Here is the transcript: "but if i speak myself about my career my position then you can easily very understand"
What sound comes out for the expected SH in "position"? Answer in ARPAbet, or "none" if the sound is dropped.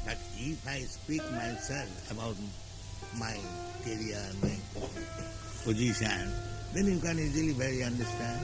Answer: S